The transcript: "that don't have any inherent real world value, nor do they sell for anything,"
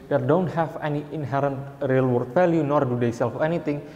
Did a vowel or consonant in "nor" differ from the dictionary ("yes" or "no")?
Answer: no